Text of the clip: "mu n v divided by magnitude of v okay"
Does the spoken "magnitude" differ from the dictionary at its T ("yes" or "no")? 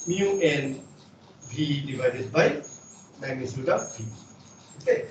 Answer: yes